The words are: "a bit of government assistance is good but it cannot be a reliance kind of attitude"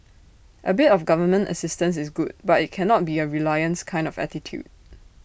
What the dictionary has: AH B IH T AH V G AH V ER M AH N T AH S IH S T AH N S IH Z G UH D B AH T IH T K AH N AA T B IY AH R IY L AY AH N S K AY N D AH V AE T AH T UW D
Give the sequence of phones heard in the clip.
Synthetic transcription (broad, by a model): AH B IH T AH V G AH V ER M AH N T AH S IH S T AH N S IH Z G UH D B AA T IH T K AH N AA T B IY AH R IY L AY AH N S K AY N D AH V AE T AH T UW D